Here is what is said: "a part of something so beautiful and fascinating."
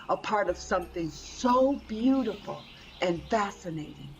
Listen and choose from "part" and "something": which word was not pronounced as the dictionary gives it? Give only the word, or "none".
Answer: none